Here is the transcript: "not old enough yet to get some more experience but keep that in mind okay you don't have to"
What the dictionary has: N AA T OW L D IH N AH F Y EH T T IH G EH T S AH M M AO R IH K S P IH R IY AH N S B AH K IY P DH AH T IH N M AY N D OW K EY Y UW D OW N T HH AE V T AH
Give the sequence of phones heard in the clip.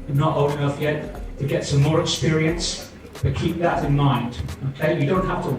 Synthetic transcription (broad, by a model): N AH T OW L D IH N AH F Y EH T T IH G EH T S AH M M AO R IH K S P IH R IY AH N S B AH K IY P DH AH T IH N M AY N D OW K EY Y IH D OW N T HH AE F T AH